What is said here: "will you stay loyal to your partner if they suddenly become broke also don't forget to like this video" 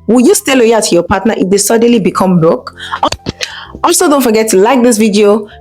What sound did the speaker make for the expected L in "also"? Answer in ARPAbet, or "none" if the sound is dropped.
none